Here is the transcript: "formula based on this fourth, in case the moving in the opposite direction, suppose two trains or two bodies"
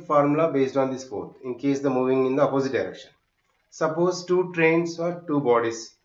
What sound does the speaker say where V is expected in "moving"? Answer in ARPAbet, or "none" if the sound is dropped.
V